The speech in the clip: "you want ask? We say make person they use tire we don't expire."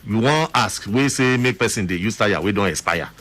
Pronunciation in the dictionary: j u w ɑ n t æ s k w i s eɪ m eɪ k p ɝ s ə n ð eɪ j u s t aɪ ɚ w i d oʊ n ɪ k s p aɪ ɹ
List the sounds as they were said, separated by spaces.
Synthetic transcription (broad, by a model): j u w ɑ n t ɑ s k w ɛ s eɪ m eɪ k p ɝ s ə n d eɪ j u s t aɪ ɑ w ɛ d oʊ n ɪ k s p aɪ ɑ